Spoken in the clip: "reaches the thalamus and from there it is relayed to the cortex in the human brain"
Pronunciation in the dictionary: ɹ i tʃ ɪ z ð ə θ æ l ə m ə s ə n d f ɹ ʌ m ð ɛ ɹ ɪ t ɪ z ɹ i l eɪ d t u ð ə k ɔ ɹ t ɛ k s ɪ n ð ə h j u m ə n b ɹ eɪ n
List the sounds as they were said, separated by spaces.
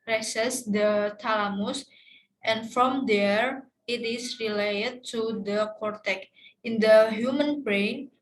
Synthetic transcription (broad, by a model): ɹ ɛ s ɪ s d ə t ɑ l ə m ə s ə n f ɹ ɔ m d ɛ ɹ ɪ t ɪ s ɹ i l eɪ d t u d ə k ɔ ɹ t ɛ k ɪ n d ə h j u m ə n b ɹ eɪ n